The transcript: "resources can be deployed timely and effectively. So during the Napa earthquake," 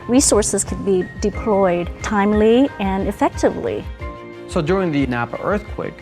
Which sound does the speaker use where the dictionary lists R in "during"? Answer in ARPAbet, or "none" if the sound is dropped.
R